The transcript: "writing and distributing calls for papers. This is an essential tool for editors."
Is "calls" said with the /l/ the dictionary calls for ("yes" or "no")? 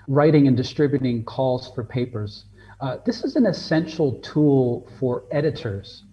yes